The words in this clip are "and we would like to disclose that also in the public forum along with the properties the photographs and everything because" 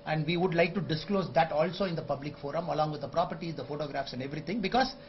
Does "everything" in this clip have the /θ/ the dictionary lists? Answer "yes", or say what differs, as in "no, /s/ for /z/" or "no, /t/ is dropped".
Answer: no, /t/ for /θ/